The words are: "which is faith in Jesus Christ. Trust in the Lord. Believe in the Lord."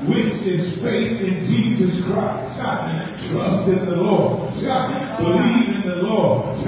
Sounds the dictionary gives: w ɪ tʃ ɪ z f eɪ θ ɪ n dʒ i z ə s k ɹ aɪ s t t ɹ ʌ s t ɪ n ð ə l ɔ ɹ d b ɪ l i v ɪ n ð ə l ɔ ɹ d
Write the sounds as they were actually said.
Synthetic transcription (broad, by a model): w ɪ tʃ ɪ z f eɪ θ ɪ n dʒ i z ə s k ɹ aɪ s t t ɹ ʌ s t ɪ n ð ə l ɔ ɹ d b ɪ l i v ɪ n ð ə l ɔ ɹ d